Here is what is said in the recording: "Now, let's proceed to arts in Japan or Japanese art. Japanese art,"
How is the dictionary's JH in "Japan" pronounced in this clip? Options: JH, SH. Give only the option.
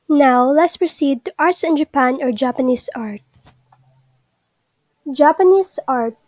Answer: JH